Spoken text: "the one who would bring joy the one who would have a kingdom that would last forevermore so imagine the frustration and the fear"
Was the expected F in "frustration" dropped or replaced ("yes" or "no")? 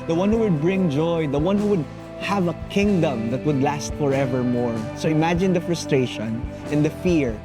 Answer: no